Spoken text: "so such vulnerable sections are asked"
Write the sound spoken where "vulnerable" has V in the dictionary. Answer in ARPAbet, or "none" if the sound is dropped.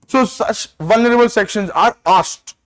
V